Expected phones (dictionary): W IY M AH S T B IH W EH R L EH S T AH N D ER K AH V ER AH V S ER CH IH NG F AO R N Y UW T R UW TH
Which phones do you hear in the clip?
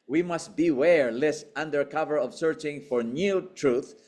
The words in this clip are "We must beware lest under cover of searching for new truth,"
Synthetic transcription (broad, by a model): W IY M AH S T B IH W EH R L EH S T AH N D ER K AH V ER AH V S ER CH IH NG F AO R N Y UW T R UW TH